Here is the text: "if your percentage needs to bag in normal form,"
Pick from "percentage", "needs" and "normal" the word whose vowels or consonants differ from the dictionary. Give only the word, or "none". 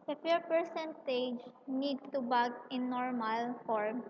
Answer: needs